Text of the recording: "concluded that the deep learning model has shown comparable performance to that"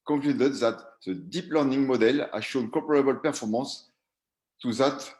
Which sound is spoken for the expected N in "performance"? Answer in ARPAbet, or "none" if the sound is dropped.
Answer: none